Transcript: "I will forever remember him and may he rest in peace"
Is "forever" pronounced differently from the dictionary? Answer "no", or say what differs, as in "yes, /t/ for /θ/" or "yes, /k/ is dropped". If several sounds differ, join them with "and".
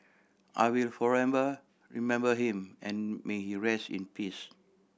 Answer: yes, /b/ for /v/